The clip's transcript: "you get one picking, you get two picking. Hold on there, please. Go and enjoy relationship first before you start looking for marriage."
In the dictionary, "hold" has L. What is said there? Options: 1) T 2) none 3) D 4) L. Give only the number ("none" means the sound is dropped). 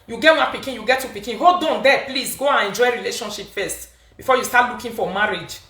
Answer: 2